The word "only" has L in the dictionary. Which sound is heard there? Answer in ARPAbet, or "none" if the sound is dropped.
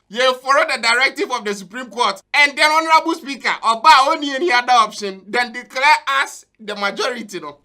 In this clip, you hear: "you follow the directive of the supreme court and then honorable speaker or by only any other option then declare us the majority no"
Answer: none